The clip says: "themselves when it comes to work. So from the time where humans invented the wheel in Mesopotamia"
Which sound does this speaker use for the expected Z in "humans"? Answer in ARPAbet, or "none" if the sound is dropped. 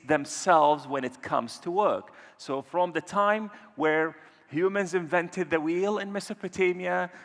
Z